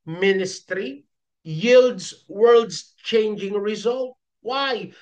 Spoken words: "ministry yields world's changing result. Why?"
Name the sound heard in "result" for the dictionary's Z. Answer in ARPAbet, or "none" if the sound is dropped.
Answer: Z